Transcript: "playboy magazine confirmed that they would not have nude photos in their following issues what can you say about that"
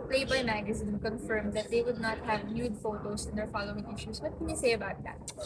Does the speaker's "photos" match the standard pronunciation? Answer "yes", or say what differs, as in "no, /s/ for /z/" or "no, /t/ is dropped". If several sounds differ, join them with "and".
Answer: no, /s/ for /z/